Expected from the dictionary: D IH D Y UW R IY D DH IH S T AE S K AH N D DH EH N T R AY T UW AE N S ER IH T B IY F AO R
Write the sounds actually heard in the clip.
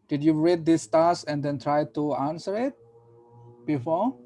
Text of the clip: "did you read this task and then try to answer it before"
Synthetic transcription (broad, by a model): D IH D Y UW R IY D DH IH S T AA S AH N D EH N T R AY T UW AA N S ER IH T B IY F AO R